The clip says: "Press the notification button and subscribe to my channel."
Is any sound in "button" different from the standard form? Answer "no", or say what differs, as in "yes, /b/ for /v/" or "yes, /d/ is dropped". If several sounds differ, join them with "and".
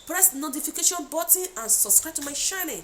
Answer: yes, /n/ is dropped